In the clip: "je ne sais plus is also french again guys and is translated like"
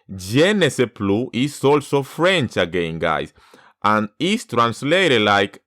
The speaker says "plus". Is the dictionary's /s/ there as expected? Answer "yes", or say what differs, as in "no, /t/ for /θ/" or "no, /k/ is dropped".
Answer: no, /s/ is dropped